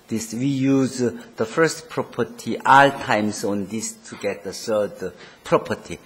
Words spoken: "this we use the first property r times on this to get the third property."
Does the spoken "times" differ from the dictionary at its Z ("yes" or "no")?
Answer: yes